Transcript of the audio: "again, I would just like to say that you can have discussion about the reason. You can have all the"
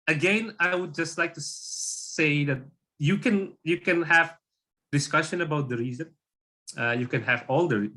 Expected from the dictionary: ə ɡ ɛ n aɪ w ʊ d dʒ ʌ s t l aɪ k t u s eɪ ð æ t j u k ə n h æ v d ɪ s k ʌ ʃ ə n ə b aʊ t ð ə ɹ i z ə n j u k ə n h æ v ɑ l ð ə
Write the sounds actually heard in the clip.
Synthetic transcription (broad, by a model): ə ɡ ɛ n aɪ w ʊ d dʒ ʌ s t l aɪ k t u s eɪ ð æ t j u k ə n h æ v d ɪ s k ʌ ʃ ə n ə b aʊ t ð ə ɹ i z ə n j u k ə n h æ v ɑ l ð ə